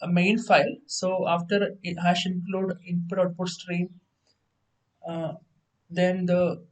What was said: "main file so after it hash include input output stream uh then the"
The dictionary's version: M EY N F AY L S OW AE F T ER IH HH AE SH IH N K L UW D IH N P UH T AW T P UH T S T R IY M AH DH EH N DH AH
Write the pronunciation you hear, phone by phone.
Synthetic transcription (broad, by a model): M EY N F AY L S OW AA F T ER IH HH AE SH IH N K L UW D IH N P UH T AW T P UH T S T R IY M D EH N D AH